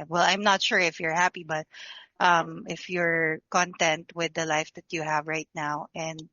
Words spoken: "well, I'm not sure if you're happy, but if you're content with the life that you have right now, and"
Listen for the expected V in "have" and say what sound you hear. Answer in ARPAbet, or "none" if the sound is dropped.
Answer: V